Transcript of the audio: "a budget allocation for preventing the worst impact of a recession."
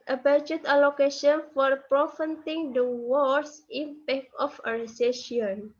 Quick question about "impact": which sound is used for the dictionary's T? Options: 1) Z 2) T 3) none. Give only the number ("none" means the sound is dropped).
3